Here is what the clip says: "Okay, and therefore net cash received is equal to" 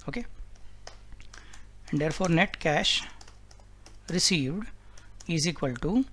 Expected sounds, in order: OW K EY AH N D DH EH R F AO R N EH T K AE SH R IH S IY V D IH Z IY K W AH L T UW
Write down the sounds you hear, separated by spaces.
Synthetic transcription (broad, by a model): OW K EY AH N D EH R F AO R N EH T K AE SH R IH S IY V D IH Z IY K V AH L T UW